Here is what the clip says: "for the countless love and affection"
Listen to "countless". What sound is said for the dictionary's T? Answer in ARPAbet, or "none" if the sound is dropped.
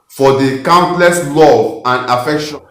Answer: T